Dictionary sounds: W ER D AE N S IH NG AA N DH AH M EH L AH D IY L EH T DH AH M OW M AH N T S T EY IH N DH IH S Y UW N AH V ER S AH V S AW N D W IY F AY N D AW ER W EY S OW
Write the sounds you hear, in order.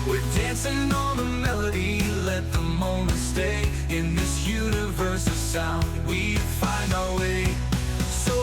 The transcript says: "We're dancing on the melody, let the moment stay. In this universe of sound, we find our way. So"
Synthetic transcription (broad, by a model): W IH D AE N S IH NG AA L DH AH M EH L AH D IY L EH T DH AH M OW M AH N T S T EY IH N DH IH S Y UW N AH V ER S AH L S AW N W IY F AY N D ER W EY S OW